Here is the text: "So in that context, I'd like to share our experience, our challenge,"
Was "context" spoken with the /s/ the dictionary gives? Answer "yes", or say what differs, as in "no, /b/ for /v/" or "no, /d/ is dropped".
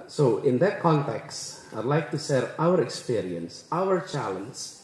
yes